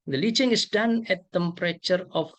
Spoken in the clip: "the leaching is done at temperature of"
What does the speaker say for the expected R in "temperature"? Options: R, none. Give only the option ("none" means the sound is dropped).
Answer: R